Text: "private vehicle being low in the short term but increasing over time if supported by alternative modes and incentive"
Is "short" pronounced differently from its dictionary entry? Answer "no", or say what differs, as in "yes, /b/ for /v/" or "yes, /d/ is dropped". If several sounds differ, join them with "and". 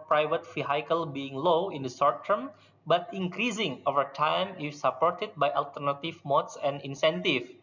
yes, /s/ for /ʃ/